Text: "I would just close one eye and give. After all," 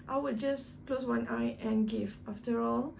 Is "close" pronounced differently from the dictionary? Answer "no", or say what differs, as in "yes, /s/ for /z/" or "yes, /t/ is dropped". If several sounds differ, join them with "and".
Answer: no